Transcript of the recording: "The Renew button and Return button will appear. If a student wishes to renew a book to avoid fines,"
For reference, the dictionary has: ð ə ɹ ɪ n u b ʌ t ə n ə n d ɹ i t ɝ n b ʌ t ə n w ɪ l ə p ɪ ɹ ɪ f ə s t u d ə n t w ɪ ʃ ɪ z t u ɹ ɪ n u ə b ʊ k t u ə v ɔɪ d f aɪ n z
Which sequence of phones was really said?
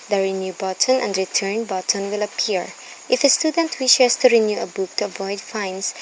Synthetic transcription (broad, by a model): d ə ɹ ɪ n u b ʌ t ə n ə n d ɹ i t ɝ n b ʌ t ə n w ɪ l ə p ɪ ɹ ɪ f ə s t u d ə n t w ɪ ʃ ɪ s t u ɹ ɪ n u ə b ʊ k t u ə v ɔɪ d f aɪ n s